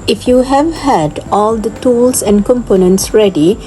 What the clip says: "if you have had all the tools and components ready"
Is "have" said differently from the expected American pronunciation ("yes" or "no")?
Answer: no